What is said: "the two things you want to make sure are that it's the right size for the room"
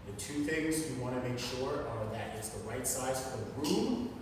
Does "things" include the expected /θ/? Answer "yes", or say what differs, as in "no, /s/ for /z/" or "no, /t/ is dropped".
yes